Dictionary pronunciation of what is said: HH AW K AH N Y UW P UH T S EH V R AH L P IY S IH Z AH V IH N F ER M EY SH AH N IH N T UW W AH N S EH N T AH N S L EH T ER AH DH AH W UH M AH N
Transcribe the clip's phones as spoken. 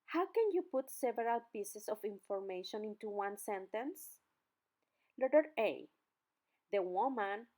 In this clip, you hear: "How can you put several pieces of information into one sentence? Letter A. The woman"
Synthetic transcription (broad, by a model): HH AW K AH N Y UW P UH T S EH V R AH L P IY S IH S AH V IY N F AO M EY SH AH N IH N T UW W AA N S EH N T AH N S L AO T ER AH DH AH W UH M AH N